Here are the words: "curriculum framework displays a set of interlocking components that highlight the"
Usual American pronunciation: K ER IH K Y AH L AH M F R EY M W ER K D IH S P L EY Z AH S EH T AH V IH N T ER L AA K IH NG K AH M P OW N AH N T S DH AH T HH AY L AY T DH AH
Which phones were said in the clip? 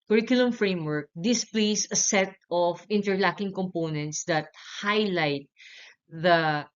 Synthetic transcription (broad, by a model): K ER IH K Y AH L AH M F R EY M W ER K D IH S P L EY S AH S EH T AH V IH N T ER L AA K IH NG K AH M P OW N AH N T S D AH T HH AY L AY T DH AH